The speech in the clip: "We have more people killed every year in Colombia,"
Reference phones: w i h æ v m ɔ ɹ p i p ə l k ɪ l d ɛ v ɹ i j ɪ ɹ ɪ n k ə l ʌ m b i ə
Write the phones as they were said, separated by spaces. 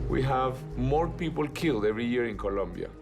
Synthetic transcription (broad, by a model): w i h æ v m ɔ ɹ p i p ə l k ɪ l d ɛ v ɹ i j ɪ ɹ ɪ n k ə l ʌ m b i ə